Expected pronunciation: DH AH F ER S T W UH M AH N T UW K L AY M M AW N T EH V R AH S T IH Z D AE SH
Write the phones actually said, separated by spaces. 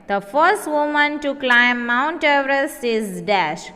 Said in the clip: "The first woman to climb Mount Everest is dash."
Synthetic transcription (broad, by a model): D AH F ER S T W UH M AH N T UW K L AY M M AW N T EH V R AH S IH Z D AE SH